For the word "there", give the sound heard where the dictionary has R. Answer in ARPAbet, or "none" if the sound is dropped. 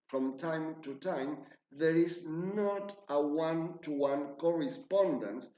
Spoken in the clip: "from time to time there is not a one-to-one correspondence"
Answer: R